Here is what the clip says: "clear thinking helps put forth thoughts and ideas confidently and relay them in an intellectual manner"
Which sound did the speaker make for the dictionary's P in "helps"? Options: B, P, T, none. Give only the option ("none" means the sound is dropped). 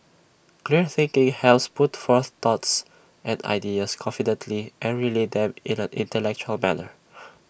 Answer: none